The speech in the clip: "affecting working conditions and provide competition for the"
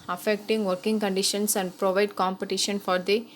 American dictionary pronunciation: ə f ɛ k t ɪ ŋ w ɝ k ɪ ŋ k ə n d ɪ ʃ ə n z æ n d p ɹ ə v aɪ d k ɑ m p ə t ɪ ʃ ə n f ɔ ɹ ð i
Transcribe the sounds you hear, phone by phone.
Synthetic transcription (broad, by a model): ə f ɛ k t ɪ ŋ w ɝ k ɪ ŋ k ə n d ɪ ʃ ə n s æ n d p ɹ ə v aɪ d k ɑ m p ə t ɪ ʃ ə n f ɔ ɹ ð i